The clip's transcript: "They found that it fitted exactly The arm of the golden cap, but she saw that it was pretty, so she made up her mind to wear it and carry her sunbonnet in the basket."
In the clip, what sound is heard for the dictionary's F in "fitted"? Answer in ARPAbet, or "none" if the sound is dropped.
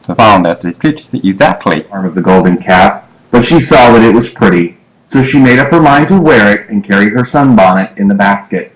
P